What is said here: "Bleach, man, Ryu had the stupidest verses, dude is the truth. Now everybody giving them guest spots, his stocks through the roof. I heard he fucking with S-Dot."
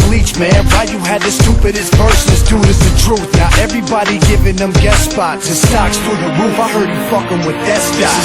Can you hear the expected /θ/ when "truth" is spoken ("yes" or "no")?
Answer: yes